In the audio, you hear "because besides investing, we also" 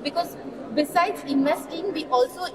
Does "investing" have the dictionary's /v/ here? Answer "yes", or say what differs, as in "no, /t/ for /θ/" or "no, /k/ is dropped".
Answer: no, /v/ is dropped